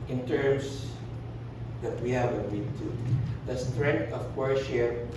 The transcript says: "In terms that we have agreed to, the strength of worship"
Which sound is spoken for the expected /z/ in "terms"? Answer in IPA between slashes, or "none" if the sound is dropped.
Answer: /s/